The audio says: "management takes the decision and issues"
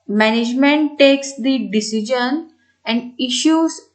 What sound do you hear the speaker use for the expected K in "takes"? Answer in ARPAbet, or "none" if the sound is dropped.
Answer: K